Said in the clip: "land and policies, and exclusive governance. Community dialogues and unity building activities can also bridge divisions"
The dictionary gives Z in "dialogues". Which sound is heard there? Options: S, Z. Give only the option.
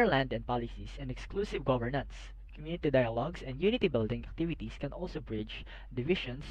S